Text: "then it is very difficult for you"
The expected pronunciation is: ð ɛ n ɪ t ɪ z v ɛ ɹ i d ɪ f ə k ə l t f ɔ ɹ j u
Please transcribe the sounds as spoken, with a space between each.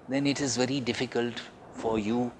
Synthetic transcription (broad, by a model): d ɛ n ɪ t ɪ z v ɛ ɹ i d ɪ f ə k ə l t f ɔ ɹ j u